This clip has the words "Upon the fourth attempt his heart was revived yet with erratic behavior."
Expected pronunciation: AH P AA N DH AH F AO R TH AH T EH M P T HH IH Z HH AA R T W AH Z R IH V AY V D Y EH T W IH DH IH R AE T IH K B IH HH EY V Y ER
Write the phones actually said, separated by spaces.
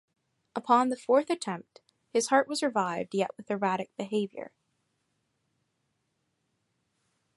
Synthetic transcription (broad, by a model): AH P AA N DH AH F AO R TH AH T EH M P T HH IH Z HH AA R T W AH Z R IH V AY V D Y EH T W IH DH IH R AE T IH K B IH HH EY V Y ER